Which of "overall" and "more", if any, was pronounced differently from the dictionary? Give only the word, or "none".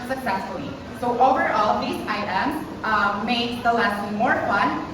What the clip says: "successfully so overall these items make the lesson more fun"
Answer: none